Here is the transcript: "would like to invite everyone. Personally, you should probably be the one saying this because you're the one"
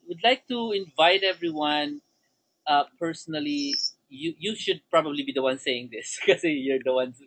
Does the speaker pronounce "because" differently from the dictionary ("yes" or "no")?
yes